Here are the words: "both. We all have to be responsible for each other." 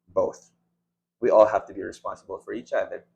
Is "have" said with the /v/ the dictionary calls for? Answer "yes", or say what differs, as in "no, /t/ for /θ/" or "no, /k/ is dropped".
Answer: no, /f/ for /v/